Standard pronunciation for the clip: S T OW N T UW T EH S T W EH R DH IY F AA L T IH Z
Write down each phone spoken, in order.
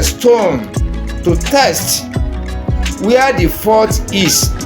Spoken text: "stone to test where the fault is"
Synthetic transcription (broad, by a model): S T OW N T UW T EH S T W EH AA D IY F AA T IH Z